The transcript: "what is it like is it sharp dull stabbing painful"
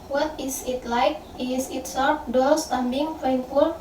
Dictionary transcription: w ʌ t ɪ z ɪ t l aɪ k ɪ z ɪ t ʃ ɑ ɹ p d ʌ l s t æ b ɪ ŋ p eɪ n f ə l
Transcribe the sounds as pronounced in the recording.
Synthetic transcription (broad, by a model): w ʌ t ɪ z ɪ t l aɪ k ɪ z ɪ t s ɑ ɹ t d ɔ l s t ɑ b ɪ ŋ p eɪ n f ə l